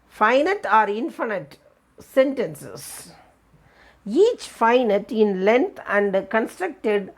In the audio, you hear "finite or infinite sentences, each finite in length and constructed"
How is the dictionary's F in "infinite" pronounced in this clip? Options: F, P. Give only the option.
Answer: F